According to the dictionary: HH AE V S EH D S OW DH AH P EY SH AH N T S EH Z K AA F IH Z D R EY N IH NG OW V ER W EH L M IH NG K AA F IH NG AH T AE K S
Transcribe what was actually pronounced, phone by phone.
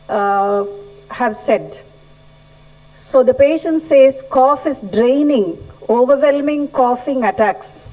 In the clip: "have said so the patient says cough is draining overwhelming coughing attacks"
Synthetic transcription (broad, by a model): HH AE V S EH D S OW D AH P EY SH AH N T S EH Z K AA F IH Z D R EY N IH NG OW V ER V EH L M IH NG K AA F IH NG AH T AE K S